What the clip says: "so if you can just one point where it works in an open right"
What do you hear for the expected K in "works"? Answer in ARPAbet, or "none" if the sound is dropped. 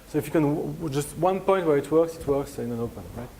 K